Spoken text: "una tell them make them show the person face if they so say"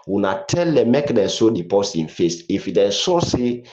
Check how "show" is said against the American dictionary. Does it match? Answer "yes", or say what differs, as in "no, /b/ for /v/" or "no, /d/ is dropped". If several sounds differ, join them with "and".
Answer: no, /s/ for /ʃ/